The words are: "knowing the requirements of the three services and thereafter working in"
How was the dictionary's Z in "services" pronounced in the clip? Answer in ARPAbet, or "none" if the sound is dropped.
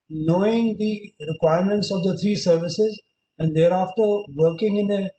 Z